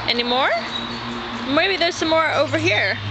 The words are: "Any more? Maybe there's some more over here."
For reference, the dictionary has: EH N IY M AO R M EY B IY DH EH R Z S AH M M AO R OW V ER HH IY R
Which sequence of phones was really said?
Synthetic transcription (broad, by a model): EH N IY M AO R M EY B IY DH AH R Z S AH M M AO R OW V ER HH IY R